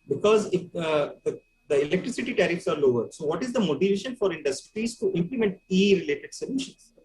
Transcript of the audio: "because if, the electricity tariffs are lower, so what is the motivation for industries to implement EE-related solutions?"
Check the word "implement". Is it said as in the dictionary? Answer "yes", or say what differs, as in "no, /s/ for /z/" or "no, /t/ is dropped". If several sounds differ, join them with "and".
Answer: yes